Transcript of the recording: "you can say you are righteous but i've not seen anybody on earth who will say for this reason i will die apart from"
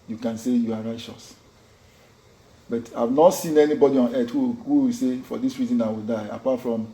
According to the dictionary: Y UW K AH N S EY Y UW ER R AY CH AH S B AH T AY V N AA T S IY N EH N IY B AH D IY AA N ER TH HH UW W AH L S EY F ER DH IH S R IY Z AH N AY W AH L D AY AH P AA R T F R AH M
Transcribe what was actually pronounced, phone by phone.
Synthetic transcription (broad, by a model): Y UW K AH N S EY Y UW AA R AY CH AH S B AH T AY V N AA T S IY N EH N IY B AH D IY AA N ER T HH UW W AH W S EY F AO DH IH S R IY Z AH N AY W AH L D AY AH P AA T F R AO M